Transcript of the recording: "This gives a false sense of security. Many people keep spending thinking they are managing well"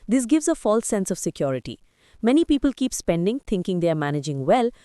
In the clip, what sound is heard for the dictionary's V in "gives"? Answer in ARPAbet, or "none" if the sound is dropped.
V